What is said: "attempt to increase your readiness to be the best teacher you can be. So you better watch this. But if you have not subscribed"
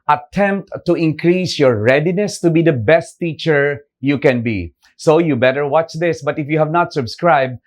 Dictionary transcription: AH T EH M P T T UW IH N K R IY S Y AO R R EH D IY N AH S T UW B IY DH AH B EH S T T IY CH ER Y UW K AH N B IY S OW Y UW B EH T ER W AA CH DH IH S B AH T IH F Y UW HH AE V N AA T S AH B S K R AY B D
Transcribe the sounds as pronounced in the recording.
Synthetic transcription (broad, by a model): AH T EH M P T T UW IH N K R IY S Y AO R R EH D IY N AH S T UW B IY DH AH B EH S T T IY CH ER Y UW K AH N B IY S OW Y UW B EH T ER W AA CH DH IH S B AH T IH F Y UW HH AE V N AA T S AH B S K R AY B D